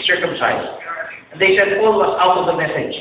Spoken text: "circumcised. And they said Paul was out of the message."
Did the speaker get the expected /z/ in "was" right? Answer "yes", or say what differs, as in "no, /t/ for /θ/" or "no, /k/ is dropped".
no, /s/ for /z/